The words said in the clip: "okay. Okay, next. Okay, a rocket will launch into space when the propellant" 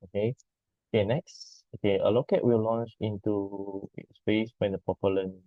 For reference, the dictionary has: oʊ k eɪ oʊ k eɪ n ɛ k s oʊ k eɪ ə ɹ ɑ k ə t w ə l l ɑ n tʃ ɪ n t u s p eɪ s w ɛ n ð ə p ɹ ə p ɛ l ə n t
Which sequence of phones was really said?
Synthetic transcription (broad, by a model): oʊ k eɪ oʊ k eɪ n ɛ k s oʊ k eɪ ə l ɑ k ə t w ə l l ɑ n tʃ ɪ n t u s p eɪ s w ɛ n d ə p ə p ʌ l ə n